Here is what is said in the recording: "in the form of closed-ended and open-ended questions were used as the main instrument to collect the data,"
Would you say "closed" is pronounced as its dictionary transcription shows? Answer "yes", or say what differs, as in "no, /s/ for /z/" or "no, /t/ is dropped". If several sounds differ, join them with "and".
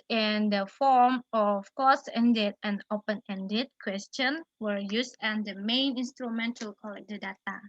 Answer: no, /l/ is dropped